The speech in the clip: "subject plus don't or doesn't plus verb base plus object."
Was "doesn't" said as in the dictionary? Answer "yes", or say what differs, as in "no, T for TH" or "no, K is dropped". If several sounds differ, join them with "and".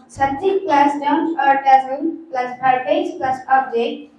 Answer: no, L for N